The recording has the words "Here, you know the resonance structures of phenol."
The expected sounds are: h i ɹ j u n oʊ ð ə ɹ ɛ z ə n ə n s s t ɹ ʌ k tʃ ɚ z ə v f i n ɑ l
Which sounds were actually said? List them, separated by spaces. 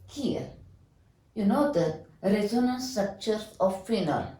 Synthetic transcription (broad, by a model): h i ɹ j u n oʊ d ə ɹ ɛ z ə n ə n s s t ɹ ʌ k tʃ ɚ ə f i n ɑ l